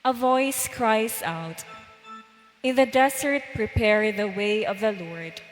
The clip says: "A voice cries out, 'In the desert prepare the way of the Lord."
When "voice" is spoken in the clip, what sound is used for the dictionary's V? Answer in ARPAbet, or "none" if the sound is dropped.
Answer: V